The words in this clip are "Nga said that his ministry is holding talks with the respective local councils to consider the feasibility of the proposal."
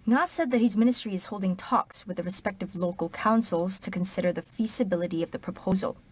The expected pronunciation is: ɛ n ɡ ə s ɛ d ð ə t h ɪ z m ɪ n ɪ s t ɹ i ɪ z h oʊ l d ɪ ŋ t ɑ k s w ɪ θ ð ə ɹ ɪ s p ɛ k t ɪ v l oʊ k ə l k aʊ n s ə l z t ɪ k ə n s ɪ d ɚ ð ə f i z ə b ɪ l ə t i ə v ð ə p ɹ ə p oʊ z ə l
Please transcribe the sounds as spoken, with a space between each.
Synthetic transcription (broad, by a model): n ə s ɛ d ð ə t h ɪ z m ɪ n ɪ s t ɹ i ɪ z h oʊ l d ɪ ŋ t ɑ k s w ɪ ð ə ɹ ɪ s p ɛ k t ɪ v l oʊ k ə l k aʊ n s l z t ɪ k ə n s ɪ d ɚ ð ə f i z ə b ɪ l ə t i ə v ð ə p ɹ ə p oʊ z l